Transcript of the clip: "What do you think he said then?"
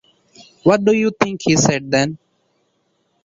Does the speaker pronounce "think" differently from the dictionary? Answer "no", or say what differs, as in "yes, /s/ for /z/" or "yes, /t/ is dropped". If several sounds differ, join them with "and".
yes, /t/ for /θ/